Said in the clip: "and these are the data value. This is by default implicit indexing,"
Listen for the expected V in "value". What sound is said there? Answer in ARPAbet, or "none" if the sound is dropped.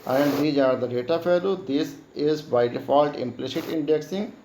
F